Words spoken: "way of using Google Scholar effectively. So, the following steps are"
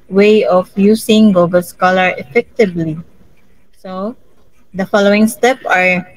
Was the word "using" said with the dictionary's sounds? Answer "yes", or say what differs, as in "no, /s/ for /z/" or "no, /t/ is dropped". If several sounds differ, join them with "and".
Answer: no, /s/ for /z/